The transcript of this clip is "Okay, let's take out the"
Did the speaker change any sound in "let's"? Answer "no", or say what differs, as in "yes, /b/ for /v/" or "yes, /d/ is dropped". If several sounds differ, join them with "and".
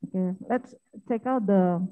no